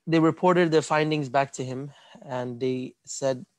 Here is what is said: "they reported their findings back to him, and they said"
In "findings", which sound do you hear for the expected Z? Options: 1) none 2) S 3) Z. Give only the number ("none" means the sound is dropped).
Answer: 3